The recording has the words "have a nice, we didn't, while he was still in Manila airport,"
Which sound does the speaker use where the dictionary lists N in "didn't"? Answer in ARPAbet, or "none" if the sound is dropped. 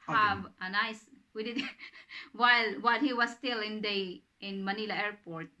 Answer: L